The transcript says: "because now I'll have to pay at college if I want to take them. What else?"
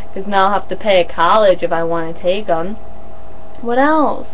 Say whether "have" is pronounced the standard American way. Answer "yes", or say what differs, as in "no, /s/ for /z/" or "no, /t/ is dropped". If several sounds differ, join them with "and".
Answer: no, /f/ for /v/